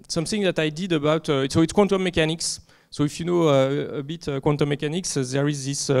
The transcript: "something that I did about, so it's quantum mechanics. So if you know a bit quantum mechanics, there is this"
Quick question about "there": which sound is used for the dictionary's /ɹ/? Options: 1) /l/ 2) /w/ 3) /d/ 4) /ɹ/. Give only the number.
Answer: 4